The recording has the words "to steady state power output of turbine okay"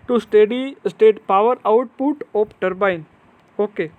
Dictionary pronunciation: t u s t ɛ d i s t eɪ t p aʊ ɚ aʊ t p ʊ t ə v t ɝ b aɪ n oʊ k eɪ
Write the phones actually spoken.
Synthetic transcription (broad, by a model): t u s t ɛ d i s t eɪ t p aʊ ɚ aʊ t p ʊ t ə p t ɝ b aɪ n oʊ k eɪ